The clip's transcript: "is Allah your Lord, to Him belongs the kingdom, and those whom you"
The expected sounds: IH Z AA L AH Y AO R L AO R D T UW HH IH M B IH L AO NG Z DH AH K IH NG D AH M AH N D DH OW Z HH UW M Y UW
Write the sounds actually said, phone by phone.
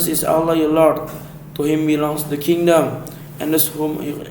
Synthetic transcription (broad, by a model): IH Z AA L AH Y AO L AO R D T UW HH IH M B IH L AO NG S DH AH K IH NG D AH M AH N D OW S HH UW M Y